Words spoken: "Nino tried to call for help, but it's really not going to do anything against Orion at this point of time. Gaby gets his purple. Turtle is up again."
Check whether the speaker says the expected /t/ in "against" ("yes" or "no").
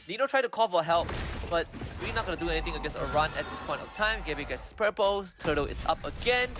no